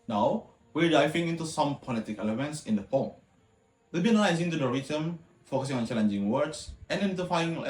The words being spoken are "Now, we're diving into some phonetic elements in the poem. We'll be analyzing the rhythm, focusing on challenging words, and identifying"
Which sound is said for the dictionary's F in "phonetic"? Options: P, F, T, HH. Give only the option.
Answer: P